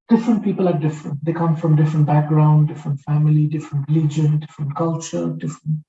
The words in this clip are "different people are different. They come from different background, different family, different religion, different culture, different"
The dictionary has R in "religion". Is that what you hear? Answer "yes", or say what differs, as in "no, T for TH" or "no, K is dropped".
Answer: no, L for R